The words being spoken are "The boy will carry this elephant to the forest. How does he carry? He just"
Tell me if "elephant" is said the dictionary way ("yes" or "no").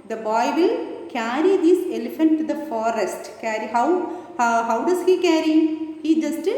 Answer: yes